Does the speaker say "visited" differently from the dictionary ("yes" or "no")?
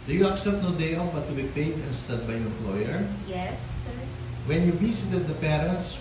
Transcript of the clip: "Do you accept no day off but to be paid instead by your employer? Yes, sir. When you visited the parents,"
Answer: yes